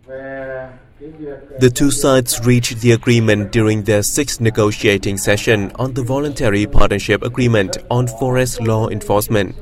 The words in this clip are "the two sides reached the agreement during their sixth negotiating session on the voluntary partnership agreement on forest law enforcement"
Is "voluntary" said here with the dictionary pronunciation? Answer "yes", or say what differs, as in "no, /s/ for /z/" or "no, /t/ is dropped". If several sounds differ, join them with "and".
yes